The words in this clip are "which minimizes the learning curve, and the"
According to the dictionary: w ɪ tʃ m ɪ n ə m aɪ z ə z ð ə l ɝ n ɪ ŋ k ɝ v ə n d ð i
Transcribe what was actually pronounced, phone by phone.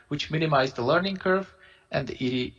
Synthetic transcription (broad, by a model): w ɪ tʃ m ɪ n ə m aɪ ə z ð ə l ɝ n ɪ ŋ k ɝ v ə n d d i